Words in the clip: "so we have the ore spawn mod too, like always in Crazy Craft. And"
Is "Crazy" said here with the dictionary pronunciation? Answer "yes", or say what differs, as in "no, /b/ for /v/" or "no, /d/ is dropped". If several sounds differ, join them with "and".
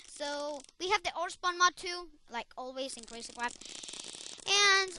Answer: no, /s/ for /z/